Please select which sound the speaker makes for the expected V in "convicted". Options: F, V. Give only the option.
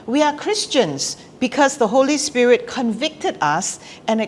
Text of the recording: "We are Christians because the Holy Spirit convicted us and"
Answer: V